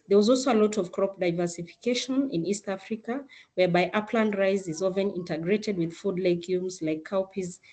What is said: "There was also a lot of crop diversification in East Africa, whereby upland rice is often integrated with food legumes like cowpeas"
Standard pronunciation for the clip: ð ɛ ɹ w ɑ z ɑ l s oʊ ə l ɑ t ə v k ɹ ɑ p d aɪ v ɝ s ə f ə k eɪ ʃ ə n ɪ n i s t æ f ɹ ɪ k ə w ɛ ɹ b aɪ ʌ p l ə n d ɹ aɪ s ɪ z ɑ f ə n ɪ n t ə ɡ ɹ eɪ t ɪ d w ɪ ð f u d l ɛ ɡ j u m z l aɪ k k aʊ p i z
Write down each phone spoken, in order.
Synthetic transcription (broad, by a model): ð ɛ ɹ w ɑ z ɑ l s oʊ ə l ɑ t ə v k ɹ ɑ p d aɪ v ɝ s ə f ə k eɪ ʃ ə n ɪ n i s t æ f ɹ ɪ k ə w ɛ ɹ b aɪ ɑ p l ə n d ɹ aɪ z ɪ z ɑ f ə n ɪ n t ə ɡ ɹ eɪ t ɪ d w ɪ ð f u d l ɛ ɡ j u m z l aɪ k k aʊ p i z